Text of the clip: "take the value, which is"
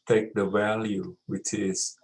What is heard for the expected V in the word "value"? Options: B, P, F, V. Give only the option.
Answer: V